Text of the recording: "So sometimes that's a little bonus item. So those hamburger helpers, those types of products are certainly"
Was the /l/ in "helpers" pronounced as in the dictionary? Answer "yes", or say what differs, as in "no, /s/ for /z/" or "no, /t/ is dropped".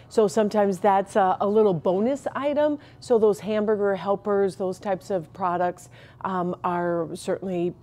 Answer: yes